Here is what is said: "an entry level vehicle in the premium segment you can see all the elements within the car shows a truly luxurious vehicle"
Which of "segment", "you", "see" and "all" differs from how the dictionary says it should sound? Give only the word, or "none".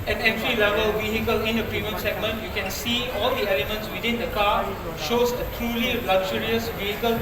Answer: none